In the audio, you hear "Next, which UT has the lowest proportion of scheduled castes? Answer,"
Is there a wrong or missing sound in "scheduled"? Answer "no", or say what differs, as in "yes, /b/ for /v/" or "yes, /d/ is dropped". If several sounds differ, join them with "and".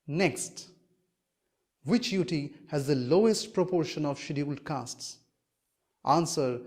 yes, /dʒ/ is dropped